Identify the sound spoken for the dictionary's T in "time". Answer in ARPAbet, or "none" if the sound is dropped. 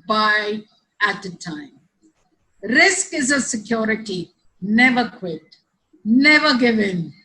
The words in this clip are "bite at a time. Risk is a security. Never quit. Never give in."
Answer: T